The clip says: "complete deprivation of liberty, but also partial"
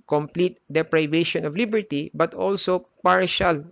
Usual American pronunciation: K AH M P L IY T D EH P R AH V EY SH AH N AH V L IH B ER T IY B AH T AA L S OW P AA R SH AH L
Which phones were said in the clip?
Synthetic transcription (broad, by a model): K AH M P L IY T D EH P R AH V EY SH AH N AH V L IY B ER T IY B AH T AA L S OW P AA R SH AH L